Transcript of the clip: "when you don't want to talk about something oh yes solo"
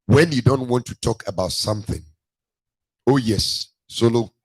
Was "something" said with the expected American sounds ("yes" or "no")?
yes